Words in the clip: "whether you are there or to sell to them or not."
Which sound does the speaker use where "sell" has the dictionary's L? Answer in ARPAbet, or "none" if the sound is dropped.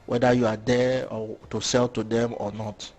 L